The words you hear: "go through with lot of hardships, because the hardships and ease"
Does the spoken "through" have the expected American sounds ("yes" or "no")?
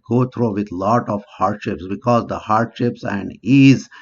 no